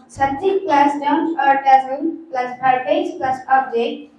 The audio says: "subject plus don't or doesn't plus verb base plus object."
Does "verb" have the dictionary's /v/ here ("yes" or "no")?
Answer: no